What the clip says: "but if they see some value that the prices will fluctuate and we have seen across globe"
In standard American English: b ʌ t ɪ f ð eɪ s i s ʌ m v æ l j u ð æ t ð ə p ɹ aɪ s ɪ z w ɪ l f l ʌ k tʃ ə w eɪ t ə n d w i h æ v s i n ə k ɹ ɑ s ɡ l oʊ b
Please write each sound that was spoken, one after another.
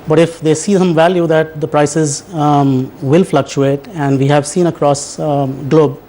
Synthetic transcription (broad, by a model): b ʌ t ɪ f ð eɪ s i s ʌ m v æ l j u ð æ t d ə p ɹ aɪ s ɪ z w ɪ l f l ʌ k tʃ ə eɪ t ə n d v i h æ v s i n ə k ɹ ɑ s ɡ l oʊ b